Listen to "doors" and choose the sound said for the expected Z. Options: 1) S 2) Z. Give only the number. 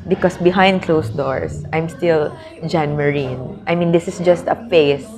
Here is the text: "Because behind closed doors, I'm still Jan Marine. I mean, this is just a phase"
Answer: 1